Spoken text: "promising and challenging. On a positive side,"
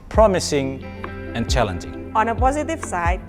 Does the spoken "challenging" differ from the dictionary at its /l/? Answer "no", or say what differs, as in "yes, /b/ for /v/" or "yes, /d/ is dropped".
no